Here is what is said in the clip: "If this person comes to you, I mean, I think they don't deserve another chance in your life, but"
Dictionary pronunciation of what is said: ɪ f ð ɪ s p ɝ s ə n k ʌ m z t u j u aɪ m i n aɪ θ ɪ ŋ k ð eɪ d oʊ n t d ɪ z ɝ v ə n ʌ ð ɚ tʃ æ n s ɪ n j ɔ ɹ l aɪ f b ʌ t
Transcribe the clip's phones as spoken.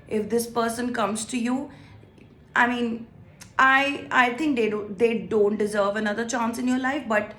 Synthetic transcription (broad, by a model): ɪ f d ɪ s p ɝ s ə n k ʌ m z t u j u aɪ m i n aɪ t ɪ ŋ k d eɪ d oʊ n t d ɪ z ɝ v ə n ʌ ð ɚ tʃ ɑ n s ɪ n j ɔ ɹ l aɪ f b ʌ t